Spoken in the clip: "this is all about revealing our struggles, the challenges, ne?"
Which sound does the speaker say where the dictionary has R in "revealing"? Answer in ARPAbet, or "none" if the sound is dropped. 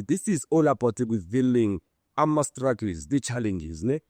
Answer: W